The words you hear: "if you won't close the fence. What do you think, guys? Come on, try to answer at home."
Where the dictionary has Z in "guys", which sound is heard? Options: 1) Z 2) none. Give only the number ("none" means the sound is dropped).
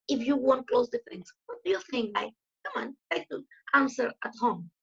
2